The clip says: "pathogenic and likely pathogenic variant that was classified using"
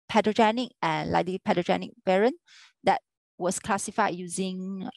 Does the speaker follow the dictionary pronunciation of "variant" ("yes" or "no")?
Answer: no